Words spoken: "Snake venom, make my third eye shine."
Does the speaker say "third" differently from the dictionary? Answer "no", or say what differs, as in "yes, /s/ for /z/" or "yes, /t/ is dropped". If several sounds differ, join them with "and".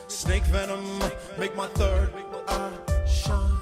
no